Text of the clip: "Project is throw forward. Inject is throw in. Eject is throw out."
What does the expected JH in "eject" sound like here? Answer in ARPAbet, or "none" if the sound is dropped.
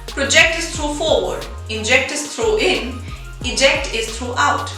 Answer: JH